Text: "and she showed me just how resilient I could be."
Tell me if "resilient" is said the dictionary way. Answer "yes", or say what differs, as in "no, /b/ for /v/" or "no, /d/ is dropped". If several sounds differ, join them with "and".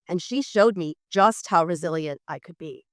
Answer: yes